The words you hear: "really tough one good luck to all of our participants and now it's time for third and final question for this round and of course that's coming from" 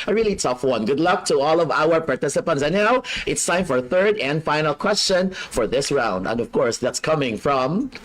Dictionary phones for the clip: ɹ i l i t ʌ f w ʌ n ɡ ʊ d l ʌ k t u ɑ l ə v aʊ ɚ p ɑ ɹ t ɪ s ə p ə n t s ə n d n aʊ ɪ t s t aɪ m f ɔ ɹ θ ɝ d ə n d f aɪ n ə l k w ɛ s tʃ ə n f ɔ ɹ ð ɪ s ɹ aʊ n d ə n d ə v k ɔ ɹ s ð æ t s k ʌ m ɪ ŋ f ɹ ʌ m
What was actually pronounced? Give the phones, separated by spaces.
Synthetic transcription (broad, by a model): ɹ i l i t ʌ f w ʌ n ɡ ʊ d l ʌ k t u ɑ l ə v aʊ ɚ p ɑ ɹ t ɪ s ə p ə n t s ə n n aʊ ɪ t s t aɪ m f ɔ ɹ θ ɝ d ə n d f aɪ n ə l k w ɛ s tʃ ə n f ɔ ɹ ð ɪ s ɹ aʊ n d ə n d ə v k ɔ ɹ s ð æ t s k ʌ m ɪ ŋ f ɹ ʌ m